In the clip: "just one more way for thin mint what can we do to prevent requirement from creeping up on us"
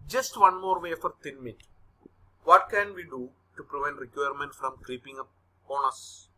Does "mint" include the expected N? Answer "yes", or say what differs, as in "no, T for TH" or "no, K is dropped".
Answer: no, N is dropped